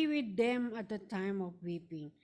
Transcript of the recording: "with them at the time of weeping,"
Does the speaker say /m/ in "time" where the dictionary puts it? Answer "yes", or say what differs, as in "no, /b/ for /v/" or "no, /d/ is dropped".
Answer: yes